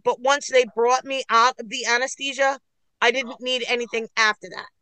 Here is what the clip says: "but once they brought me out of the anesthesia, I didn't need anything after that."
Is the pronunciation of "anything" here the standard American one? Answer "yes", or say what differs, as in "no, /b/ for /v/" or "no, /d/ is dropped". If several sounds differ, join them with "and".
yes